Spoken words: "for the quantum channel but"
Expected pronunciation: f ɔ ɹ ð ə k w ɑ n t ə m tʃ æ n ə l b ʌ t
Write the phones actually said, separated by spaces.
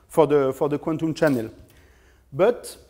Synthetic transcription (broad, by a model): f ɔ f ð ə k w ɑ n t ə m tʃ æ n ə l b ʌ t